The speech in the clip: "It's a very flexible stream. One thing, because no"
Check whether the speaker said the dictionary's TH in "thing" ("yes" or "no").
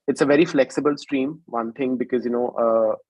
no